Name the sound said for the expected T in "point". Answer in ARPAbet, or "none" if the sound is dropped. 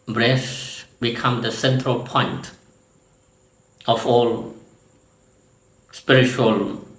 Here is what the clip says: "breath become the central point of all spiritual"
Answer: T